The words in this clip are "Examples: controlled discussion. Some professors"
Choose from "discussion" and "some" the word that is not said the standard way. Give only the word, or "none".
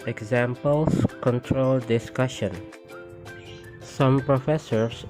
none